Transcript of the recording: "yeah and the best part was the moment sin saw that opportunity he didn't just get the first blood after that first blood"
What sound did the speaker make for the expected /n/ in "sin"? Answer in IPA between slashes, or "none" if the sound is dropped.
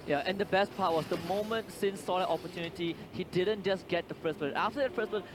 /n/